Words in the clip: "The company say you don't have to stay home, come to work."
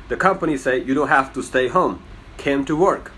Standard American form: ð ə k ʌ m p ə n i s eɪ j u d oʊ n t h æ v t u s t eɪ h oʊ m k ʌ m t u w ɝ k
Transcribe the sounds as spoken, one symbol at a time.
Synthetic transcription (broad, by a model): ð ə k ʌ m p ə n i s eɪ j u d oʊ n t h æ f t u s t eɪ h oʊ m k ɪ m t u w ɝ k